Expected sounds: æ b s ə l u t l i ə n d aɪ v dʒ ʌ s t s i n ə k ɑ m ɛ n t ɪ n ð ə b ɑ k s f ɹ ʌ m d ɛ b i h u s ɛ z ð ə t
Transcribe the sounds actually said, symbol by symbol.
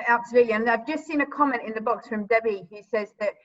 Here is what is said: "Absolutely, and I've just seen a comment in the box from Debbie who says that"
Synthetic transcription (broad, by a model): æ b s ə l u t l i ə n aɪ v dʒ ʌ s t s i n ə k ɑ m ɛ n t ɪ n ð ə b ɑ k s f ɹ ʌ m d ɛ b i h u s ɛ z ð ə t